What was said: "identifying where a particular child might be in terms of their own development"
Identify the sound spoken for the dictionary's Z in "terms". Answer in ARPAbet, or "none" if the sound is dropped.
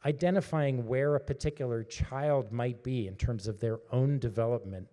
Z